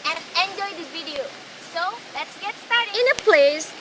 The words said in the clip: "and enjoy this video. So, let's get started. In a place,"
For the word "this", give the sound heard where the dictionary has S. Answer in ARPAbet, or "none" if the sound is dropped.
none